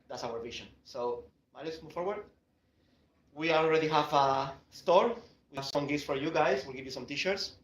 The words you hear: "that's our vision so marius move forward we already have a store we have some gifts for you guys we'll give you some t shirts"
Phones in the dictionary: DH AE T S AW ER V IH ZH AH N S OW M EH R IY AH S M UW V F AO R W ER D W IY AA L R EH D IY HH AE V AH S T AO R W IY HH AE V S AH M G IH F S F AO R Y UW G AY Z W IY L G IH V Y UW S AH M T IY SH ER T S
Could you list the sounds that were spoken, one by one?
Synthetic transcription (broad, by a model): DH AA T S AW ER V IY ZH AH N S OW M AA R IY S M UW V F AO R W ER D W IY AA L R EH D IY HH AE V AH S T AO R W IY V S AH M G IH S F AO R Y UW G AY S W IY L G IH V Y UW S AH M T IY SH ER T S